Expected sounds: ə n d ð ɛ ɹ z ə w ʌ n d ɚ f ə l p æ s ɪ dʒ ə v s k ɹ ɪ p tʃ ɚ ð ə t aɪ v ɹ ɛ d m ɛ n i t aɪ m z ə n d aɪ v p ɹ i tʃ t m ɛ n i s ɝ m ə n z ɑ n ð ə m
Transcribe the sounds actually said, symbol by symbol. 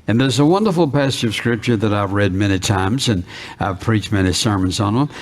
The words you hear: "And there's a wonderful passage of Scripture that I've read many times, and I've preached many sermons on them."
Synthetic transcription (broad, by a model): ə n ð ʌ ɹ z ə w ʌ n d ɚ f l p æ s ɪ dʒ ə v s k ɹ ɪ p tʃ ɚ ð ə t aɪ v ɹ ɛ d m ɛ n i t aɪ m z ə n aɪ v p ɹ i tʃ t m ɛ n i s ɝ m ə n z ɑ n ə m